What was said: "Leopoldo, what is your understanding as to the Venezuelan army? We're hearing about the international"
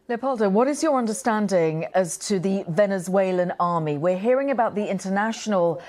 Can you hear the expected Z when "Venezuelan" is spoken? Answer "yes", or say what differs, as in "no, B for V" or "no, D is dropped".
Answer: yes